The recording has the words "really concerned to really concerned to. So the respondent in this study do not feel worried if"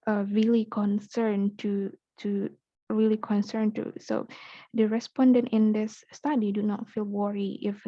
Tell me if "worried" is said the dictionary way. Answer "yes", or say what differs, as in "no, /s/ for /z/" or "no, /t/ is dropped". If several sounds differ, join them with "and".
no, /d/ is dropped